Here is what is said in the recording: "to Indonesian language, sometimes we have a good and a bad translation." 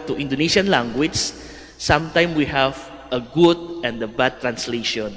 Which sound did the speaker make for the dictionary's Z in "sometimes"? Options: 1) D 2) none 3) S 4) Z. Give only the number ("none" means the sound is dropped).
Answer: 2